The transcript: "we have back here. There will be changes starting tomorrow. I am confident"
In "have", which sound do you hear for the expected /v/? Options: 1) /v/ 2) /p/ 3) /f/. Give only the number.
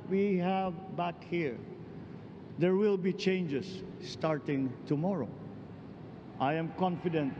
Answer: 1